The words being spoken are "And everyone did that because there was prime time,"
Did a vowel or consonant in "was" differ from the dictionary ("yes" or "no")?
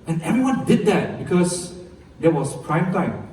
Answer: yes